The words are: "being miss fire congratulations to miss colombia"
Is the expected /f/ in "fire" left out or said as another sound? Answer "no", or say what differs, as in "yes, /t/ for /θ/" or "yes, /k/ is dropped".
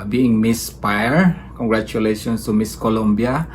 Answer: yes, /p/ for /f/